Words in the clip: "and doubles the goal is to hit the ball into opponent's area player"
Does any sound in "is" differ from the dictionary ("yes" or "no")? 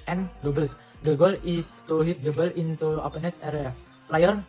yes